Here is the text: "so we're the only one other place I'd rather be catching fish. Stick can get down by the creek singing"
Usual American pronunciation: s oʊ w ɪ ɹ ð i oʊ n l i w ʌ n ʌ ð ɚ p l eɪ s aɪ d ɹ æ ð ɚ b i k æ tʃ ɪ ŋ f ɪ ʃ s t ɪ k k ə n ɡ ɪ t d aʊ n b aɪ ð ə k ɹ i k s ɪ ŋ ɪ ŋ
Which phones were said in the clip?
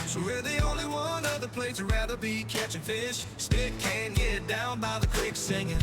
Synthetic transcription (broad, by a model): s oʊ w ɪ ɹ ð i oʊ n l i w ʌ n ʌ ð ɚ p l eɪ s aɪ ɹ æ ð ɚ b i k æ tʃ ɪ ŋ f ɪ ʃ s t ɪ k k ə n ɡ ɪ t d aʊ n b aɪ ð ə k w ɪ k s ɪ ŋ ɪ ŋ